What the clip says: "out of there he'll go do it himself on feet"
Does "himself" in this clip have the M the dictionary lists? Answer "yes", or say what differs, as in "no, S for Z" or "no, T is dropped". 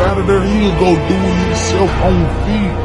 no, M is dropped